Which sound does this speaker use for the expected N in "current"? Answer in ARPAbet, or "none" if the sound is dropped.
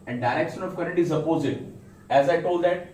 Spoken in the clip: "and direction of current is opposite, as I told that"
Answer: none